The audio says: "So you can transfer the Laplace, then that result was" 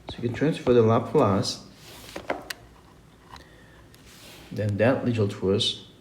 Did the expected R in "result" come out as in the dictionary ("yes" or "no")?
no